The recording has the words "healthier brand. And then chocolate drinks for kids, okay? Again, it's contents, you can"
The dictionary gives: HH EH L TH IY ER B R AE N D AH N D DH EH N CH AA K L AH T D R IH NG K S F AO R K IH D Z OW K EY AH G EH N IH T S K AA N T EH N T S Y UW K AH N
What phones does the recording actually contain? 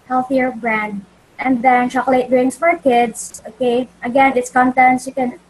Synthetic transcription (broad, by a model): HH EH L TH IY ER B R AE N D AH N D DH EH N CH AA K L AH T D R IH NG S F AO R K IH D S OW K EY AH G EH N IH T S K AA N T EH N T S Y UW K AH N